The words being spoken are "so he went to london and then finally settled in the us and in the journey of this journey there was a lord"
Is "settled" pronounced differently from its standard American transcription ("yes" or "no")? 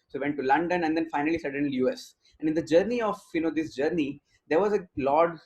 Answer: yes